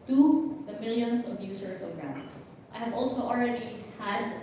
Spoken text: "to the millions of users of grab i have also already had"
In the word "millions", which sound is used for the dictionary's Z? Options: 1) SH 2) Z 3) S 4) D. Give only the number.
3